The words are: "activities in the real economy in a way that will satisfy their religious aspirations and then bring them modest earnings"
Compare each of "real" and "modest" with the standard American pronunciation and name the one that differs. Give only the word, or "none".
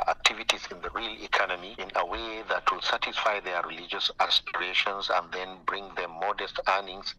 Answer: none